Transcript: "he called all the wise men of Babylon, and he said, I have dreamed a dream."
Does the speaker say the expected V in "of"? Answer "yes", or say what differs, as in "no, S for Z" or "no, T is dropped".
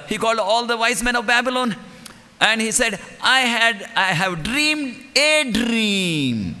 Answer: yes